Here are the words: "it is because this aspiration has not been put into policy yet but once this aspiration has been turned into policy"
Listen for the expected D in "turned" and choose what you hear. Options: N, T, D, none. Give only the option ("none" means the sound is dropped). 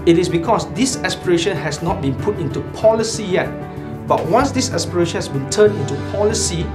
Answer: none